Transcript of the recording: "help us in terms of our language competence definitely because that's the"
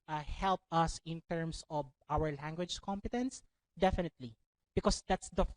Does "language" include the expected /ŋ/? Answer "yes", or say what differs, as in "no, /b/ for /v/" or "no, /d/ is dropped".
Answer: yes